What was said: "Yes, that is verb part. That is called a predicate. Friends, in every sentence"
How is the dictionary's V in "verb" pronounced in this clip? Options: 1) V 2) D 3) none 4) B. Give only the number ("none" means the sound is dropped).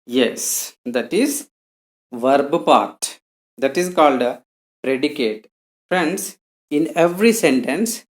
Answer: 1